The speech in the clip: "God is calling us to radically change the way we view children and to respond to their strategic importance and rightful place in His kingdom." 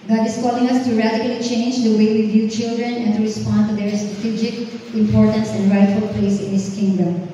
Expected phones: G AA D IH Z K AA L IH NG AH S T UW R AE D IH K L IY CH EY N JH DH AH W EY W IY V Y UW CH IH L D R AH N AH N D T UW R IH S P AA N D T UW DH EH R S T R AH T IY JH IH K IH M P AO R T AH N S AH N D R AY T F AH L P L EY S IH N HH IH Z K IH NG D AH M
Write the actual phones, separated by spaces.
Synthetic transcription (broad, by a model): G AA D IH S K AA L IH NG AH S T UW R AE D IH K L IY CH EY N JH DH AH W EY W IY V Y UW CH IH L D R AH N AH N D T UW R IH S P AA N D T UW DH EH R S T R AH T IY JH IH K IH M P AO R T AH N S AH N D R AY T F AH L P L EY S IH N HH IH S K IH NG D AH M